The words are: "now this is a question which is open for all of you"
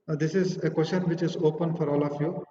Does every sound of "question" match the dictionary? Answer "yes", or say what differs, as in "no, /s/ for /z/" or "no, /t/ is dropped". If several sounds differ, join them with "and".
no, /ʃ/ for /tʃ/